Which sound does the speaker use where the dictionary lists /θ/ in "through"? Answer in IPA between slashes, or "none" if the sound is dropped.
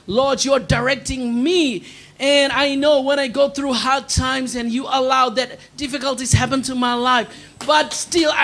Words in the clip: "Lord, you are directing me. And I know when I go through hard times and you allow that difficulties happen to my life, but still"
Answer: /θ/